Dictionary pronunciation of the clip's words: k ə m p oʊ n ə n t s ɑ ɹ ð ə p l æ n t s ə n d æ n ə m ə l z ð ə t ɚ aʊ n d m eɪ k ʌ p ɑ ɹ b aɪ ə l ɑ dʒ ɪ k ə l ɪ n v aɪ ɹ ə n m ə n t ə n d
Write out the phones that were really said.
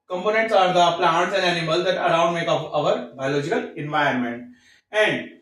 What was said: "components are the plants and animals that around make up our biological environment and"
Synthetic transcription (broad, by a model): k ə m p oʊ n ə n t s ɑ ɹ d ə p l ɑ n t s ə n d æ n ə m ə l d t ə t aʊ n d m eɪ k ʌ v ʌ ɹ b aɪ ə l ɑ dʒ ɪ k ə l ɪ n v aɪ ə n m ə n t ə n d